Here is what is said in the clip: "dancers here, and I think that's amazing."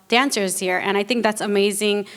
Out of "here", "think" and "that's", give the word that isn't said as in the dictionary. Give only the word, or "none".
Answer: none